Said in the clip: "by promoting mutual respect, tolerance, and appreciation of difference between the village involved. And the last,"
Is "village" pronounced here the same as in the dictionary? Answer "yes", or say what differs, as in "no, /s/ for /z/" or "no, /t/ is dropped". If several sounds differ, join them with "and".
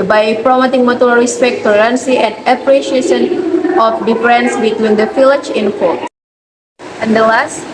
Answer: no, /f/ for /v/